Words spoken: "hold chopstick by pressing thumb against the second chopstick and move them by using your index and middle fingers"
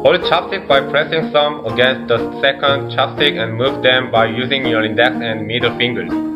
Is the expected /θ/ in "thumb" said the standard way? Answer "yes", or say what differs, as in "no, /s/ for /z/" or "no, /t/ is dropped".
no, /s/ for /θ/